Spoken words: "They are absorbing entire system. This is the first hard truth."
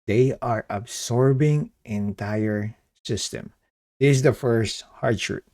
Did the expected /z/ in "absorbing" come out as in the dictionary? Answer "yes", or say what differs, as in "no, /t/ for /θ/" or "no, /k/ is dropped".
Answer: no, /s/ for /z/